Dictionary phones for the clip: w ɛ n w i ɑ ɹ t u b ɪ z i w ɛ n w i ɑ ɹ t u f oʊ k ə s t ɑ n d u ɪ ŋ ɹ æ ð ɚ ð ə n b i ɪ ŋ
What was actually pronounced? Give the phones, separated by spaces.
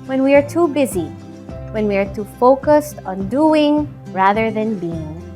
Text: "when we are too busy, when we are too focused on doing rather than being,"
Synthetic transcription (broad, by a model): w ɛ n w i ɑ ɹ t u b ɪ z i w ɛ n w i ɑ ɹ t u f oʊ k ə s t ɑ n d u ɪ ŋ ɹ æ ð ɚ ð ə n b i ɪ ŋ